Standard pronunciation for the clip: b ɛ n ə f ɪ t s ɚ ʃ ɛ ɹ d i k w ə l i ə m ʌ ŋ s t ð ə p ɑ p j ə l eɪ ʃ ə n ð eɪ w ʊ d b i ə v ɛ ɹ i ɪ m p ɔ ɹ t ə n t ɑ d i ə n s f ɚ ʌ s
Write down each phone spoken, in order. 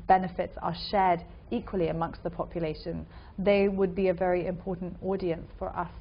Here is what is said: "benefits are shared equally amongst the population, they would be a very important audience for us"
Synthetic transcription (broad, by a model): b ɛ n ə f ɪ t s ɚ ʃ ɛ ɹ d i k w ə l i ə m ʌ ŋ s t ð ə p ɑ p j ə l eɪ ʃ ə n ð eɪ w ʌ d b i ə v ɛ ɹ i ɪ m p ɔ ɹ t n t ɑ d i ə n s f ɚ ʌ s